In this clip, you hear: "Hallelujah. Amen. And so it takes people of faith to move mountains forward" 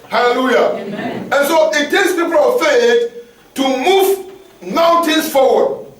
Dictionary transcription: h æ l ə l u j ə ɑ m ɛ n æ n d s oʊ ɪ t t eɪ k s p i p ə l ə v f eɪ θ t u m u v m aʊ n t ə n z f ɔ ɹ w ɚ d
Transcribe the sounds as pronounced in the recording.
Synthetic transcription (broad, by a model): h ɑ l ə l u j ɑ ɛ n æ n s oʊ ɪ t t eɪ k s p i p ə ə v f eɪ θ t u m u v m aʊ n t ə n s f ɔ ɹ w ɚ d